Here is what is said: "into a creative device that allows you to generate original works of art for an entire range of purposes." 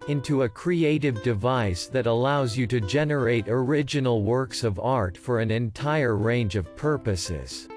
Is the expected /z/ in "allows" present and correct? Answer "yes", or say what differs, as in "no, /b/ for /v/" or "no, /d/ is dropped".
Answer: yes